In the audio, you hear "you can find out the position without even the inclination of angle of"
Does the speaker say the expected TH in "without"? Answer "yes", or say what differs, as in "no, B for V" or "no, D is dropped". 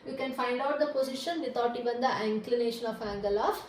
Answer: no, T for TH